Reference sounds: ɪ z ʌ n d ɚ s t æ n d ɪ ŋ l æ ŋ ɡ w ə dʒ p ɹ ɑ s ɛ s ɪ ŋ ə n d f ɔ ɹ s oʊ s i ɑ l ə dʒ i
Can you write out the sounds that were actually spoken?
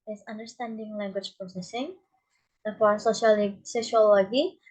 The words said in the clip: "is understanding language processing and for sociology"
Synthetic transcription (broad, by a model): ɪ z ʌ n d ɚ s t æ n d ɪ ŋ l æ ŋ ɡ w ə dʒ p ɹ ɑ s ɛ s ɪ ŋ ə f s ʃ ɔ l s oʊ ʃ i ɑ l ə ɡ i